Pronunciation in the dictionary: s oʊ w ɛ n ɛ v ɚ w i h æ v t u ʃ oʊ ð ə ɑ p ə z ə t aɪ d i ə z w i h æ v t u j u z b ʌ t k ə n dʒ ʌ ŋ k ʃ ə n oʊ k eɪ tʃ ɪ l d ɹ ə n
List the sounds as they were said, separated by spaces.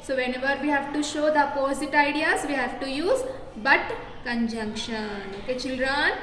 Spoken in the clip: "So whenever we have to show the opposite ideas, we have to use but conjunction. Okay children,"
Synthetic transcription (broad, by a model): s oʊ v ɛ n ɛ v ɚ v i h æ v t u ʃ oʊ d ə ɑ p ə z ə t aɪ d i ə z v i h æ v t u j u z b ʌ t k ə n dʒ ʌ ŋ k ʃ ə n oʊ k eɪ tʃ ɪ l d ɹ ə n